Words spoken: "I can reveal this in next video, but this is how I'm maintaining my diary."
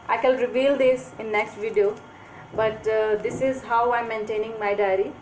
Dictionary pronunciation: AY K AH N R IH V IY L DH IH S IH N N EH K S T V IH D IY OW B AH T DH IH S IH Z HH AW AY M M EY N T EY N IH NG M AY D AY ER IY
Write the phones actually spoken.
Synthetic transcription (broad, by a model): AY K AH L R IH V IY L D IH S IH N N EH K S T V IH D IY OW B AH T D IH S IH Z HH AW AY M M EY N T EY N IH NG M AY D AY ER IY